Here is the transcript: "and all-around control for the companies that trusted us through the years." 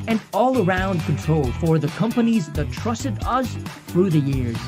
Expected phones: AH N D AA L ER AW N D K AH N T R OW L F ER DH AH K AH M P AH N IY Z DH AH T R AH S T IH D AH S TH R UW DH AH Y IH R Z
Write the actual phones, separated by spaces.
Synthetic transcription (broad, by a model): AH N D AA L ER AW N D K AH N T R OW L F ER DH AH K AH M P AH N IY Z DH AH T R AH S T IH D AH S TH R UW DH AH Y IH R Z